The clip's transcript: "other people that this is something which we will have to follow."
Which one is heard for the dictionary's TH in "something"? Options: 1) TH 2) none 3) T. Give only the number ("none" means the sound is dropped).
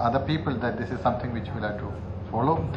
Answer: 3